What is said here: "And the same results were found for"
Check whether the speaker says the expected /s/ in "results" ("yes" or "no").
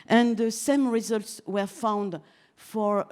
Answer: yes